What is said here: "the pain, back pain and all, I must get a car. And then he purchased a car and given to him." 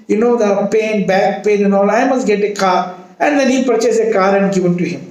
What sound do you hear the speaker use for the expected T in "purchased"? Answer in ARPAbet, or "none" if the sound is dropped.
none